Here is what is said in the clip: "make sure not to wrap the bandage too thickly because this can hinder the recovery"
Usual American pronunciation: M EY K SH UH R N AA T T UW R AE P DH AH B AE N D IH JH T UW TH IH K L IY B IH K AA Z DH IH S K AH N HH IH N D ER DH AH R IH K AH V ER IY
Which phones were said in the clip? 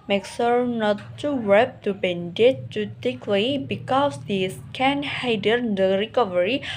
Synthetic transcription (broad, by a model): M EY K S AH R N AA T T UW W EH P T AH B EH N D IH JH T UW T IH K L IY B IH K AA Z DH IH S K AH N HH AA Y D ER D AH R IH K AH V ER IY